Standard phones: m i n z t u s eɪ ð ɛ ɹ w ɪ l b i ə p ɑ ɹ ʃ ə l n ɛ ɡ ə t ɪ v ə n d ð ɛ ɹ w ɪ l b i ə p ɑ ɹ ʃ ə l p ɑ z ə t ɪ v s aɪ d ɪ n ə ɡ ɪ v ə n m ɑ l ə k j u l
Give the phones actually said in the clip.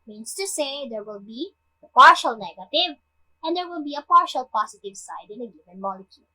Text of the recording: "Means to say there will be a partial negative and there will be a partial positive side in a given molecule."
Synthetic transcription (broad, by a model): m i n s t u s eɪ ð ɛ ɹ w ɪ l b i ə p ɑ ɹ ʃ ə l n ɛ ɡ ə t ɪ v ə n d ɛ ɹ w ɪ l b i ə p ɑ ɹ ʃ ə l p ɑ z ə t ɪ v s aɪ d ɪ n ə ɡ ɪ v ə n m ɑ l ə k j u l